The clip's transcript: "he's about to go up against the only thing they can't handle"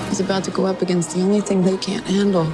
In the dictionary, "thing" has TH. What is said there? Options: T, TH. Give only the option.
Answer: TH